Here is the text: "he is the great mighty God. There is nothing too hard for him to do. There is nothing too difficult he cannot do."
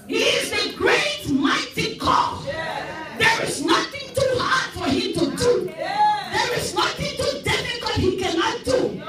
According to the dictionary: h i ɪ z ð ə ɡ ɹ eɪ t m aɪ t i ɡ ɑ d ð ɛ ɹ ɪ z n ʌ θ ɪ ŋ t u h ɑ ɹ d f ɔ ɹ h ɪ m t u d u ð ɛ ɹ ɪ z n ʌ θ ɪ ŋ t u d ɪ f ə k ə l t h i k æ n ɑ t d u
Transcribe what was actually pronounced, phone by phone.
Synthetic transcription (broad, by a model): h i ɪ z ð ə ɡ ɹ eɪ t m aɪ t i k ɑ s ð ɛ ɹ ɪ z n ʌ θ ɪ ŋ t u h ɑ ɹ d f ɔ ɹ h ɪ m t u d u ð ɛ ɹ ɪ z n ʌ θ ɪ ŋ t u d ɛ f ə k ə t h i k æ n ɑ t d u